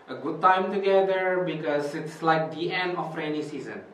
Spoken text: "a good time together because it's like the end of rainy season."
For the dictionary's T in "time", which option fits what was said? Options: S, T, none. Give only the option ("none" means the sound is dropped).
T